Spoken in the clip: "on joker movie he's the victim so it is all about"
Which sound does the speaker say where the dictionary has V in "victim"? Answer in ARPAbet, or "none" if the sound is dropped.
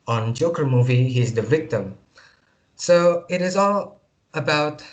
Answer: V